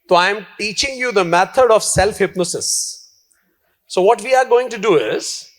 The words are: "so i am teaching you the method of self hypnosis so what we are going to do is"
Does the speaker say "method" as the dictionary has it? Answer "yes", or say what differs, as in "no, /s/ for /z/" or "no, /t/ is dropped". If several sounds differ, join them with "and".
no, /t/ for /θ/